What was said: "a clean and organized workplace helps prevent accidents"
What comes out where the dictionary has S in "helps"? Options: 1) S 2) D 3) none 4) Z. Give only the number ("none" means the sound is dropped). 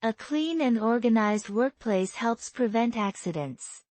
1